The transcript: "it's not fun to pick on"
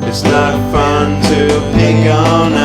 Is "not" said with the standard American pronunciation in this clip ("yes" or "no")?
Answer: no